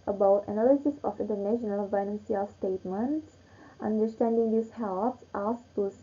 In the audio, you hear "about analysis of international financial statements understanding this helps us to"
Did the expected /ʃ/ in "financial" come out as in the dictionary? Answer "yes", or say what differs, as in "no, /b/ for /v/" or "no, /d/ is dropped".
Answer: no, /s/ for /ʃ/